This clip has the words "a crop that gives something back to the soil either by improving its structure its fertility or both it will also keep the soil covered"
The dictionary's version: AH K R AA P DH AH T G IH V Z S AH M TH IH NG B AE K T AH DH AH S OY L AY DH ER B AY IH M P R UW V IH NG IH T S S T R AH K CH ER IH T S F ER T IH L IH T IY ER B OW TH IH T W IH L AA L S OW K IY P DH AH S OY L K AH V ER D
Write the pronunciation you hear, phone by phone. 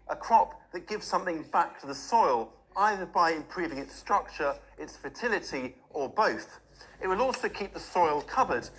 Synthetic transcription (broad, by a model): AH K R AA P DH AH T G IH V Z S AH M TH IH NG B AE K T AH DH AH S OY L AY DH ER B AY IH M P R UW V IH NG IH T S S T R AH K CH ER IH T S F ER T IH L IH T IY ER B OW TH IH T W IH L AA L S OW K IY P DH AH S OY L K AH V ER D